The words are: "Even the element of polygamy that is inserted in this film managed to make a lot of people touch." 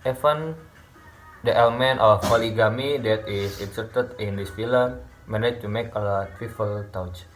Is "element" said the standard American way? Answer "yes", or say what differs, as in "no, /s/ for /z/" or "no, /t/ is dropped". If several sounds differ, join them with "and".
yes